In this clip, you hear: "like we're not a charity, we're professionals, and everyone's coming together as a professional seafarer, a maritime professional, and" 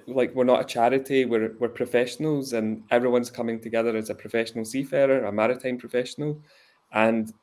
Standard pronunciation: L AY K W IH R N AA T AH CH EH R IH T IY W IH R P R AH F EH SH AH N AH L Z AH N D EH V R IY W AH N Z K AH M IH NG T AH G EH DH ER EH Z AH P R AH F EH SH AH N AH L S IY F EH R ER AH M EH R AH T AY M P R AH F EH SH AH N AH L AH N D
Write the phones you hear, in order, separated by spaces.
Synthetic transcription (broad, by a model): L AY K W IH R N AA T AH CH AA R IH T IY W IH R P R AH F EH SH AH N AH L Z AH N EH V R IY W AH N Z K AH M IH NG T AH G EH DH ER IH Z AH P R AH F EH SH AH N AH L S IY F EH R ER AH M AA R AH T AY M P R AH F EH SH AH N AH L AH N